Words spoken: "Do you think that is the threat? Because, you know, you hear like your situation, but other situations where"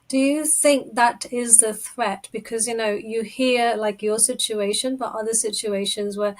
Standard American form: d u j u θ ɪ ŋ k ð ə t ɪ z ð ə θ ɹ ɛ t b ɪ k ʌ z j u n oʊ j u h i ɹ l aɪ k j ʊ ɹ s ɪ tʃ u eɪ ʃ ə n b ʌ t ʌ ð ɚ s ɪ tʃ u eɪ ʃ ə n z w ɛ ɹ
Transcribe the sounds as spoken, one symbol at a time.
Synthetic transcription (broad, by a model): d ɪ j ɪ θ ɪ ŋ k ð ə t ɪ z ð ə θ ɹ ɛ t b ɪ k ʌ z j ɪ n oʊ j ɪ h i ɹ l aɪ k j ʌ ɹ s ɪ tʃ u eɪ ʃ ə n b ʌ t ʌ ð ɚ s ɪ tʃ u eɪ ʃ ə n z w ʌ ɹ